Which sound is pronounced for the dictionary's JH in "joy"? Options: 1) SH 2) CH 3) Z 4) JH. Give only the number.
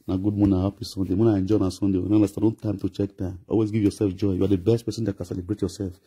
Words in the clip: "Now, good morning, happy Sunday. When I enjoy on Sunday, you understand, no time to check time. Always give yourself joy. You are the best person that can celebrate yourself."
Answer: 4